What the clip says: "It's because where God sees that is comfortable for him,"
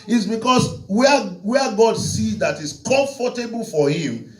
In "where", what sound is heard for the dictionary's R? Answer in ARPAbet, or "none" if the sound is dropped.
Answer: W